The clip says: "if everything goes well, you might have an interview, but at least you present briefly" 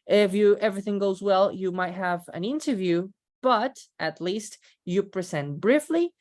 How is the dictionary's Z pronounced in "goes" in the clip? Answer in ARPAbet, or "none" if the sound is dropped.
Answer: Z